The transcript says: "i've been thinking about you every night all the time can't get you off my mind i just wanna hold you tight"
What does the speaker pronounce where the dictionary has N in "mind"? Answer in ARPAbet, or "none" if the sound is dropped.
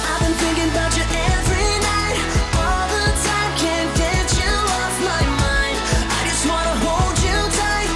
N